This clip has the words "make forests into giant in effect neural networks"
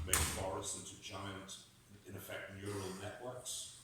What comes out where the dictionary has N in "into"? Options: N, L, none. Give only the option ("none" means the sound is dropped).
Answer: N